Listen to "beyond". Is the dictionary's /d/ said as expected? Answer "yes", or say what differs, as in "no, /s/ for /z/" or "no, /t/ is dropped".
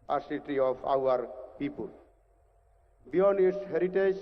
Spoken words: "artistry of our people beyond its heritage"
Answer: no, /d/ is dropped